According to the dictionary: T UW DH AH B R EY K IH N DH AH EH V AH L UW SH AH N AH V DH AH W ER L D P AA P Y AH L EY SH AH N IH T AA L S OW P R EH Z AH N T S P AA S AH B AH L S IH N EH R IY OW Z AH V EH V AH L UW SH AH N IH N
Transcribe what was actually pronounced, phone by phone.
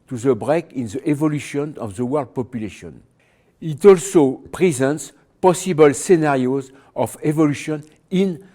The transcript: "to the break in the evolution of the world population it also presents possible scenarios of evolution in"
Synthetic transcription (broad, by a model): T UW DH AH B R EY K IH N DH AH EH V AH L UW SH AH N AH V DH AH W ER L D P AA P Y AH L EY SH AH N IH T AA L S OW P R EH Z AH N T S P AA S AH B AH L S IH N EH R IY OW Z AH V EH V AH L UW SH AH N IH N